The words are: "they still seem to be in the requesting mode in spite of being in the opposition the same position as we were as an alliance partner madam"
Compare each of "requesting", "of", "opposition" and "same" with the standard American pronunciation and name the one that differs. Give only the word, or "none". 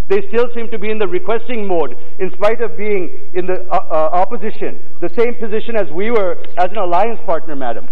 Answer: none